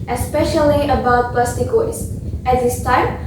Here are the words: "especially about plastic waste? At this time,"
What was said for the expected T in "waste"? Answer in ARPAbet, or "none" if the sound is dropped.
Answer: none